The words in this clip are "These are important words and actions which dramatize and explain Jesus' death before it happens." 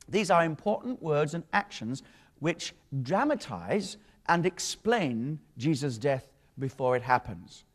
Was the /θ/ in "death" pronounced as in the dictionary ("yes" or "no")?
yes